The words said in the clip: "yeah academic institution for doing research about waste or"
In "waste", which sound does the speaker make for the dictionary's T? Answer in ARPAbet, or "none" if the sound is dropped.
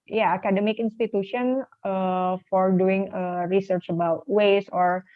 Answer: none